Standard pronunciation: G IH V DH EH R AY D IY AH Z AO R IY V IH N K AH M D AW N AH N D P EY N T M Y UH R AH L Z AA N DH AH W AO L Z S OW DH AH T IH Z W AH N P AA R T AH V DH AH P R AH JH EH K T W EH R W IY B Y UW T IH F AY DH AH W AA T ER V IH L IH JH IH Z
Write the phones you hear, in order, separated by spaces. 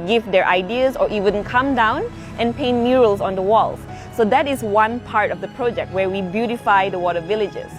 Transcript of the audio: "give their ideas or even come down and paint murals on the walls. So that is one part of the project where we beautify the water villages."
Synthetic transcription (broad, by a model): G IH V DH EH R AY D IY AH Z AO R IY W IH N K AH M D AW N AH N P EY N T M Y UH R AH L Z AA N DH AH W AO L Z S OW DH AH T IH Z W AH N P AA R T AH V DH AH P R AH JH EH K T W EH R W IY B Y UW T IH F AY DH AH W AA T ER V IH L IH JH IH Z